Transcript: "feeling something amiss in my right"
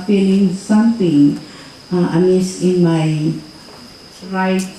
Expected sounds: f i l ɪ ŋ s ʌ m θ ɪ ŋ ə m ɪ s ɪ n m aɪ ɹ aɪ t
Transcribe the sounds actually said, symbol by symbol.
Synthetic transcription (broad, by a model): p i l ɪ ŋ s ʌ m t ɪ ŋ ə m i s ɪ n m aɪ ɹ aɪ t